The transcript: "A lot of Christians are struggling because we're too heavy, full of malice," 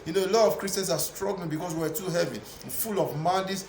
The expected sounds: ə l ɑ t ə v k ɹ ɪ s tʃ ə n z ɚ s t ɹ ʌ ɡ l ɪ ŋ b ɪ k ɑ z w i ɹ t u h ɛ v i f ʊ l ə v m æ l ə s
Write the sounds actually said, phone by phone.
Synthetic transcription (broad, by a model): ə l ɑ t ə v k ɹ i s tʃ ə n s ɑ s t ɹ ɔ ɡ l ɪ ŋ b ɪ k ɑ s w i w t u h ɛ v i f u l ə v m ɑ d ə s